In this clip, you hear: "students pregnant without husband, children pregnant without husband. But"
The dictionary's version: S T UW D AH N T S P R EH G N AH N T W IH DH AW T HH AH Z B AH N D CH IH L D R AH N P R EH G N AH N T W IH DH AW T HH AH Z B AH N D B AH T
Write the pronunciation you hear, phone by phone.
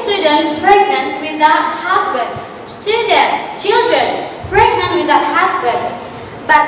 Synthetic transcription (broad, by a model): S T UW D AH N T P R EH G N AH N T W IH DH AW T HH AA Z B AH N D CH IH L D R AH N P R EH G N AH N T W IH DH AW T HH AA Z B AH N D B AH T